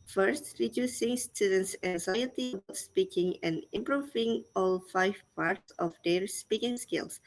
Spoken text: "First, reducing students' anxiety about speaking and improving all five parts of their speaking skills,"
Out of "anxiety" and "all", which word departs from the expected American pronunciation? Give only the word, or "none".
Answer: none